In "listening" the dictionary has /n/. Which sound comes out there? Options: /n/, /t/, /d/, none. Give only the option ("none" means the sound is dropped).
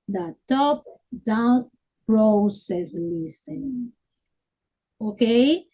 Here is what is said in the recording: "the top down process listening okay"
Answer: none